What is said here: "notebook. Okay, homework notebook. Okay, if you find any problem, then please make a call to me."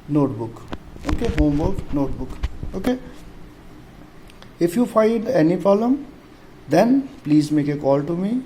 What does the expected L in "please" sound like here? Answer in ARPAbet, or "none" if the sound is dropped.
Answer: L